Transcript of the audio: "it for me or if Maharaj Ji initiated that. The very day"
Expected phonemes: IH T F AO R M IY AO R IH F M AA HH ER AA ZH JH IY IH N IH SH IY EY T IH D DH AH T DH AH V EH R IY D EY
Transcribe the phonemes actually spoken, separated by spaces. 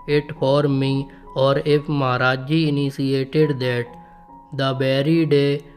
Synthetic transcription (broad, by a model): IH T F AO R M IY AO R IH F M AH HH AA AA JH IY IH N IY S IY EY T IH D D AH T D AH B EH R IY D EY